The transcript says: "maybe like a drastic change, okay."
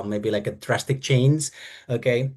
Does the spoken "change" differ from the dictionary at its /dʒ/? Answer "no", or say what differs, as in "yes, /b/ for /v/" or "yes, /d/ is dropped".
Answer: yes, /z/ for /dʒ/